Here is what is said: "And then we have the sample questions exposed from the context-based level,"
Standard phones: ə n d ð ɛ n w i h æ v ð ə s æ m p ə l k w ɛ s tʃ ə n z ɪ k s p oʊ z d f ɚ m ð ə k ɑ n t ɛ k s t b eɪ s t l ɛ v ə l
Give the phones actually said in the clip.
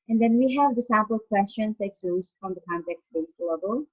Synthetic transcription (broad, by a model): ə n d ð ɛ n w i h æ v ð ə s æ p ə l k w ɛ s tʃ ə n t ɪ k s oʊ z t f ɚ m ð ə k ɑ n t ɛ k s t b eɪ s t l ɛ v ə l